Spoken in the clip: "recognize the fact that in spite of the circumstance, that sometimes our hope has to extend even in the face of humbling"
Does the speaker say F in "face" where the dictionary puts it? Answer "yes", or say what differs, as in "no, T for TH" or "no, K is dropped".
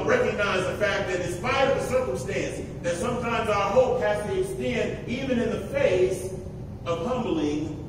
yes